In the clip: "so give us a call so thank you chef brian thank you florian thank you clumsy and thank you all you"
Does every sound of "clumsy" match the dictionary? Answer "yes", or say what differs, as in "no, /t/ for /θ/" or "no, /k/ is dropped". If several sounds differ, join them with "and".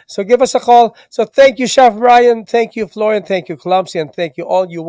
no, /s/ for /z/